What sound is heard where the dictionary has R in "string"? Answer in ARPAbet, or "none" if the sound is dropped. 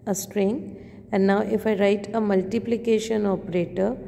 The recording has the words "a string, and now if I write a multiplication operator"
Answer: R